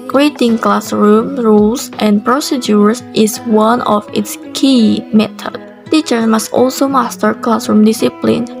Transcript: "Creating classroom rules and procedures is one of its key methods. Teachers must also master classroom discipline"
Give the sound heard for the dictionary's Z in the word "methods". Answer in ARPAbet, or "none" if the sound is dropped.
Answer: none